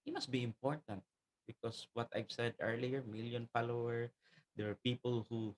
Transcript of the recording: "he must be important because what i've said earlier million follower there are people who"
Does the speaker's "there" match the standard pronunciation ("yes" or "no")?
no